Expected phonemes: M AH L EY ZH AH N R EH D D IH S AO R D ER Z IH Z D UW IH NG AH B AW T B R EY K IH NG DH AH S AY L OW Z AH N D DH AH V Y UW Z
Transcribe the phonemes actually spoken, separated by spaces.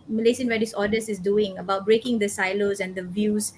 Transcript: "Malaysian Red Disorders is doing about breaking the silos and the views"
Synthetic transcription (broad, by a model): M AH L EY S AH N W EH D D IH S AO D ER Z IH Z D UW IH NG AH B AW T B R EY K IH NG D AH S AY L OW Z AH N D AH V Y UW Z